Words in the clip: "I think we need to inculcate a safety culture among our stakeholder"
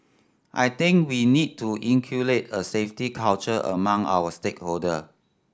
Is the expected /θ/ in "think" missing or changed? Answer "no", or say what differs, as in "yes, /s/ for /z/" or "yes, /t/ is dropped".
yes, /t/ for /θ/